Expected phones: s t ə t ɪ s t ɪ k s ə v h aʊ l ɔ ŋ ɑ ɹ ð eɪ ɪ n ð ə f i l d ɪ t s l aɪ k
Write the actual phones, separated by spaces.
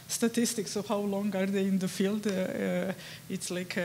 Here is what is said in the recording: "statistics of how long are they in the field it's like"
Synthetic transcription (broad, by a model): s t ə t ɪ s t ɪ k s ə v h aʊ l ɔ ŋ ɑ ɹ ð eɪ ɪ n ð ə f i l d ɪ t s l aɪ k